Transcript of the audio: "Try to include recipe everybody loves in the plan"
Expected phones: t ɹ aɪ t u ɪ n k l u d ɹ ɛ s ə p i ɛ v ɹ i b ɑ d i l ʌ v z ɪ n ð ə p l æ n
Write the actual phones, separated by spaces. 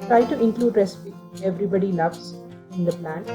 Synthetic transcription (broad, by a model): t ɹ aɪ t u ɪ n k l u d ɹ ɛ s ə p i ɛ v ɹ i b ɑ d i n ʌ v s ɪ n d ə p l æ n